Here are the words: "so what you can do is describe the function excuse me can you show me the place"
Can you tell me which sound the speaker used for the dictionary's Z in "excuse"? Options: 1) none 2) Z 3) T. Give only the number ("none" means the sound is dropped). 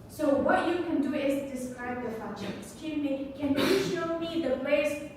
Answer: 1